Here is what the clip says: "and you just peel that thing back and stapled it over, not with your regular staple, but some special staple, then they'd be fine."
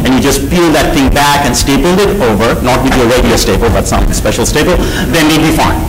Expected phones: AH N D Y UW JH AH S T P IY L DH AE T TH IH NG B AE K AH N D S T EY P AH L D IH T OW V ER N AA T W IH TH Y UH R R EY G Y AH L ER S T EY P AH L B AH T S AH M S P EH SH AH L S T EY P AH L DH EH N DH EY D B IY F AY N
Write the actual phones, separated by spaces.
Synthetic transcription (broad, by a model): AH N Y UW JH AH S T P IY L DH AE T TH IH NG B AE K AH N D S T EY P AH L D IH T OW V ER N AA T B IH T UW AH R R EY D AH AO S T EY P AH L B AH T S AH M S P EH SH AH L S T EY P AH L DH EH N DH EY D B IY F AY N